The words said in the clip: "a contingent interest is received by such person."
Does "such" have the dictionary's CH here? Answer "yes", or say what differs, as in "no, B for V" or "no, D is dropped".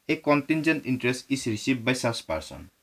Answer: no, S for CH